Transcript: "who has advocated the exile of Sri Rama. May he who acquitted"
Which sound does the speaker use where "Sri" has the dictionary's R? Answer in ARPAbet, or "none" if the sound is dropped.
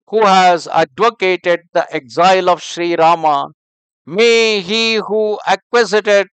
R